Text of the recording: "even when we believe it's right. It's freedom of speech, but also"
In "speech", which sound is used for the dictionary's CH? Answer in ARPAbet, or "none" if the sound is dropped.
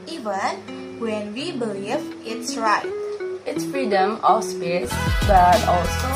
S